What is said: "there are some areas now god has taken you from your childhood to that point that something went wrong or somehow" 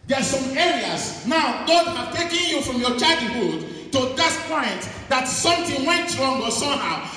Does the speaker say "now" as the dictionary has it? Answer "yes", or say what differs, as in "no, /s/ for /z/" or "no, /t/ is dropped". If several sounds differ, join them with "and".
yes